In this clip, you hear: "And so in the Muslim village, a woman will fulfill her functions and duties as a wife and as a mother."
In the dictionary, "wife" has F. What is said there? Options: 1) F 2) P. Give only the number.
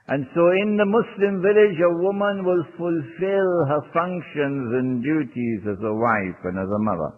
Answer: 1